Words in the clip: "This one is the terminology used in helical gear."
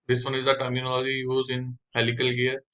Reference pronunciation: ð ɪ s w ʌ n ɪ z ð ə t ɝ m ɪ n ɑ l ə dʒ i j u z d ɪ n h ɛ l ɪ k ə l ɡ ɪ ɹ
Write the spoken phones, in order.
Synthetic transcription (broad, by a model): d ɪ s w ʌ n ɪ z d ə t ɝ m ɪ n ɑ l ə dʒ i j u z ɪ n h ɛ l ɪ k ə l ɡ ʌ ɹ